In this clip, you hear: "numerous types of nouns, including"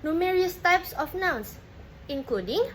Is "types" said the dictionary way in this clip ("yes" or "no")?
yes